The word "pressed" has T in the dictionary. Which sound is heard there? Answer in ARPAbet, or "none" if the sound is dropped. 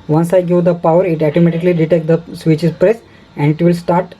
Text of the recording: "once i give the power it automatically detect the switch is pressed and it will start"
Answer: none